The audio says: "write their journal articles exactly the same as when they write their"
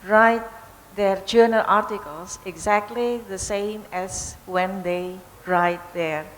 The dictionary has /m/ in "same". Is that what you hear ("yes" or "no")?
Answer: yes